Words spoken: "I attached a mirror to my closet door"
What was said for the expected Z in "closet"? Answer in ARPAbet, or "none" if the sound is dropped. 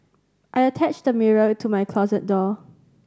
Z